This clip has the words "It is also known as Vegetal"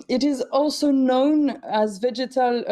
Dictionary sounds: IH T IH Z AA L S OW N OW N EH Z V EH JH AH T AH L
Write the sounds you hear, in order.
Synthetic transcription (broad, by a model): IH T IH Z AA L S OW N OW N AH Z V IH JH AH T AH L